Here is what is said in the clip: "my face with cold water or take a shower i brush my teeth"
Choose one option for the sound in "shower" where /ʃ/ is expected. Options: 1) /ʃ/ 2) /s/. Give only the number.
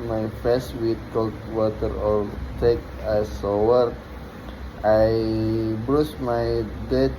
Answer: 2